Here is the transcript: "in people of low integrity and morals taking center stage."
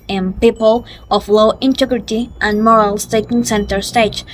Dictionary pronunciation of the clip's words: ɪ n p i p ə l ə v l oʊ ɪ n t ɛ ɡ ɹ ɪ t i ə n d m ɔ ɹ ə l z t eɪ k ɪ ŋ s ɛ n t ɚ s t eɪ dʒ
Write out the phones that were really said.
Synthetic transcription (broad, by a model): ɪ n p i p ə l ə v l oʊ ɪ n t ɛ ɡ ɹ ɪ t i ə n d m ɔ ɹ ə l s t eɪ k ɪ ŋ s ɛ n t ɚ s t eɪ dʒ